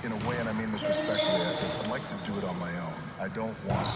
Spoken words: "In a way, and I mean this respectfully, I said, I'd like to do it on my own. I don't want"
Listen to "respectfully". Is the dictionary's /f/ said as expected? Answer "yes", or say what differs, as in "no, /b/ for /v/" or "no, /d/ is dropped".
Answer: no, /f/ is dropped